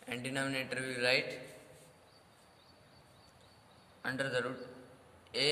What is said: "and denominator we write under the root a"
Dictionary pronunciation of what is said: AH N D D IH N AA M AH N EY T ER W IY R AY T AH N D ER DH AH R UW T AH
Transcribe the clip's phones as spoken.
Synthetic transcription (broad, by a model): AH N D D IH N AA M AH N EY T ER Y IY L AY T AH N D ER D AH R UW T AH